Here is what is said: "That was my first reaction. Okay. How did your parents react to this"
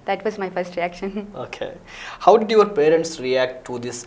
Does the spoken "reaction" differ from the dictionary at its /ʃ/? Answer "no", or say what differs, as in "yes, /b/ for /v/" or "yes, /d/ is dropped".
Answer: no